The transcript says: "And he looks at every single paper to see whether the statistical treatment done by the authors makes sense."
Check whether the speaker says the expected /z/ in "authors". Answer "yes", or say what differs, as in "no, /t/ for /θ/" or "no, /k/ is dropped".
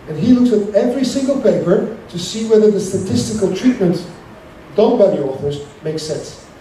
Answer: yes